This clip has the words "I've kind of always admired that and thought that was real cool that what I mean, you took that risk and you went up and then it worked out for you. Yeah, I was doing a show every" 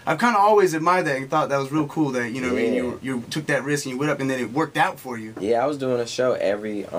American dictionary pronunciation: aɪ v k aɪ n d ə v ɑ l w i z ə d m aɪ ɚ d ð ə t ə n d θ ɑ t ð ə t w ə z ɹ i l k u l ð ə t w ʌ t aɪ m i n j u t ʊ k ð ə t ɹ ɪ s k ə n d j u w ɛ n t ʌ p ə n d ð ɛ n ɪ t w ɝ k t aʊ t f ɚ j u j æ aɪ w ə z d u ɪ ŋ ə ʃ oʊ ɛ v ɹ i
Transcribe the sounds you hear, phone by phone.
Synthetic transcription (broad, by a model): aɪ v k aɪ n d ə ɑ l w i z ə d m aɪ ɚ d ð ə t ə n θ ɑ t ð ə t w ə z ɹ i l k u l ð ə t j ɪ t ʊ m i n j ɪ t ʊ k ð ə t ɹ ɪ s k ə n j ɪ w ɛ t ʌ p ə n ð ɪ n ɪ t w ɝ k t aʊ t f ɚ j u j æ aɪ w ə z d u ɪ ŋ ə ʃ oʊ ɛ v ɹ i